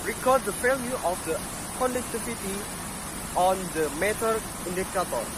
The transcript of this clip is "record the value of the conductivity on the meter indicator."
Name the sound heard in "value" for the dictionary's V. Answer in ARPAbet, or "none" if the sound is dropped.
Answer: F